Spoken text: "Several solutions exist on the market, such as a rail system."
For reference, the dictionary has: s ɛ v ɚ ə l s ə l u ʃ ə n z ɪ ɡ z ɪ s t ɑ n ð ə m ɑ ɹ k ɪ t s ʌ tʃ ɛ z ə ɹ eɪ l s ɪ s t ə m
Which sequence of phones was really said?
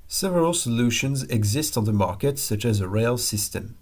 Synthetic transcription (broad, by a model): s ɛ v ɚ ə l s ə l u ʃ ə n z ɪ ɡ z ɪ s t n ð ə m ɑ ɹ k ɪ t s ʌ tʃ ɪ z ə ɹ eɪ l s ɪ s t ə m